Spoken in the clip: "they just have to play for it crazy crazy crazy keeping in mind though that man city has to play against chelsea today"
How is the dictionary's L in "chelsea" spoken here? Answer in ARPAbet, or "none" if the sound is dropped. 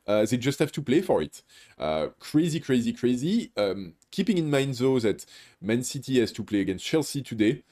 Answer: L